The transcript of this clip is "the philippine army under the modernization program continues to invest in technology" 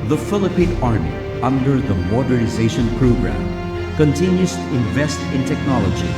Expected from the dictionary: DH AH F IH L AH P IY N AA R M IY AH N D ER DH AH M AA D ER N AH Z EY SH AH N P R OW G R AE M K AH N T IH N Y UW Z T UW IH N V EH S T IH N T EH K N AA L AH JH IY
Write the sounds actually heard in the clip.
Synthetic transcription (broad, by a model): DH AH F IH L AH P IY N AA R M IY AH N D ER DH AH M AA D ER N AH Z EY SH AH N P R OW G R AE M K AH N T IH N Y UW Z T UW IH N V EH S T IH N T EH K N AA L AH JH IY